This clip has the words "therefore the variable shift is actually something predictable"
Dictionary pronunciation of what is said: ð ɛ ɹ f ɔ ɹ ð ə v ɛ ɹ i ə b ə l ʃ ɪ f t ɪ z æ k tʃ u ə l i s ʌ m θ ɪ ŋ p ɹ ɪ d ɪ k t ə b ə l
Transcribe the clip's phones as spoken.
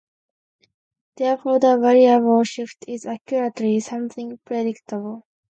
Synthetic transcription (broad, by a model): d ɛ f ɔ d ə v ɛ ɹ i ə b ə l ʃ ɪ f t ɪ z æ k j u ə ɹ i s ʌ m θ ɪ ŋ p ɹ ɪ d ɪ k t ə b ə l